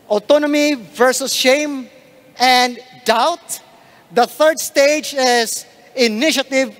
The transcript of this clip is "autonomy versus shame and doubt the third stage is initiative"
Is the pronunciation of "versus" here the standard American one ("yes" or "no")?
yes